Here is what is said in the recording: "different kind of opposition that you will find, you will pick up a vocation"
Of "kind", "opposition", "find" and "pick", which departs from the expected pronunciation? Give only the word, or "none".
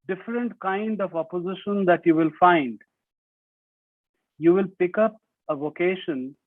none